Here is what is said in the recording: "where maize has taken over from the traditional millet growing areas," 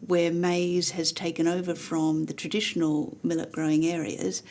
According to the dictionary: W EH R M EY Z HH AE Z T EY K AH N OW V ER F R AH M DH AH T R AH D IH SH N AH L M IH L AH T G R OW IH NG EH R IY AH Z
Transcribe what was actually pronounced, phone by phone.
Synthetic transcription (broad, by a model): W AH R M EY Z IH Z T EY K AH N OW V ER F R AH M DH AH T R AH D IH SH N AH L M IH L AH T G R OW IH NG EH R IY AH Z